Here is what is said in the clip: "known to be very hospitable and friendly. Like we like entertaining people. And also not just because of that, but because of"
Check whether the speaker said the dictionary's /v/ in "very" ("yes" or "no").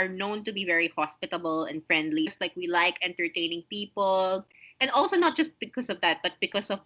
yes